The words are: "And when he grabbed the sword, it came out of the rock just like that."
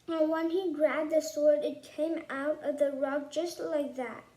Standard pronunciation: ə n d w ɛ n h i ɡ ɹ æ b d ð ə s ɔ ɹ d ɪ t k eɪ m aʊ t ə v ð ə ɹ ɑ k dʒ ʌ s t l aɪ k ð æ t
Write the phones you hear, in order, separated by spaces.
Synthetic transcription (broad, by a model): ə n w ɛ n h i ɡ ɹ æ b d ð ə s ɔ ɹ d ɪ t k eɪ m aʊ t ə v ð ə ɹ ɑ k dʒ ʌ s t l aɪ k ð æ t